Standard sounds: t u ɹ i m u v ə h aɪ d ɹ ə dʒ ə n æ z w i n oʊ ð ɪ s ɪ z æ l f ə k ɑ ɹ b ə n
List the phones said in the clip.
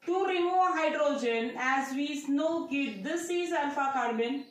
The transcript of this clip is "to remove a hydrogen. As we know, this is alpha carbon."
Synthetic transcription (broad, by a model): t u ɹ i m u v ə h aɪ d ɹ ə dʒ ə n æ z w i n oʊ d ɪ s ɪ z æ n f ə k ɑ ɹ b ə n